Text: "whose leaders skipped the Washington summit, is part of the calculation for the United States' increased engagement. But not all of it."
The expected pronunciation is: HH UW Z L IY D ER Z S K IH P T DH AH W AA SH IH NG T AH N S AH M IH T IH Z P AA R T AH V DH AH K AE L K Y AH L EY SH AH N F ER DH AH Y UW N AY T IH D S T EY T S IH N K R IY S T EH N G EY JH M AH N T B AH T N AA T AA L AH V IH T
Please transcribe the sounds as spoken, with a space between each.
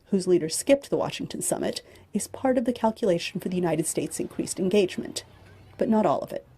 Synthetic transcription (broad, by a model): HH UW Z L IY D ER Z S K IH P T DH AH W AA SH IH NG T AH N S AH M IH T IH Z P AA R T AH V DH AH K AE L K Y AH L EY SH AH N F ER DH AH Y UW N AY T IH D S T EY T S IH N K R IY S T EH N G EY JH M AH N B AH T N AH T AA L AH V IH T